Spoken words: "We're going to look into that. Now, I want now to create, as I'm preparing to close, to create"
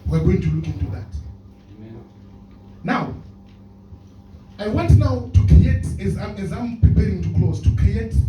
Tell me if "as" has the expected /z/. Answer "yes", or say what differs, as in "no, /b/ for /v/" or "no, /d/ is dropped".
yes